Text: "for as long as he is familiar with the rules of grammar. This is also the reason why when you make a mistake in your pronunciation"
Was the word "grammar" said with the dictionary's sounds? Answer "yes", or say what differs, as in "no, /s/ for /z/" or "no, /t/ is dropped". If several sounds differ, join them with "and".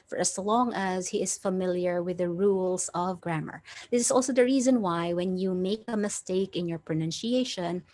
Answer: yes